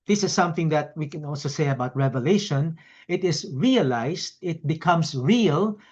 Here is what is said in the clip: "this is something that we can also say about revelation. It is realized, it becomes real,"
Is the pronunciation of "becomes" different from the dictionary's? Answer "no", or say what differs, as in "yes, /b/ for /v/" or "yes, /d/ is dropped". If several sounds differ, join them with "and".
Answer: yes, /s/ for /z/